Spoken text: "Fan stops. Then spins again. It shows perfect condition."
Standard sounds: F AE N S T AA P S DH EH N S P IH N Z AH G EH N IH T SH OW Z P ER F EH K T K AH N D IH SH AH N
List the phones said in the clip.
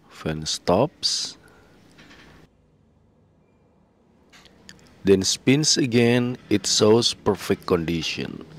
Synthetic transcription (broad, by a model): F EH N S T AA P S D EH N S P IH N S AH G EH N IH T S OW S P ER F EH K T K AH N D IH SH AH N